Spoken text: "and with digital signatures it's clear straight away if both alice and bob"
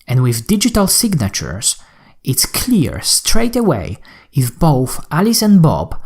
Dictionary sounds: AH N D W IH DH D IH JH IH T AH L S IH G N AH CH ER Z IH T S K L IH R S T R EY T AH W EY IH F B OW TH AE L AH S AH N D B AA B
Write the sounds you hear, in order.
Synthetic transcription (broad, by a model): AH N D W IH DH D IH JH IH T AH L S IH G N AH CH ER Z IH T S K L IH R S T R EY T AH W EY IH F B OW TH AE L AH S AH N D B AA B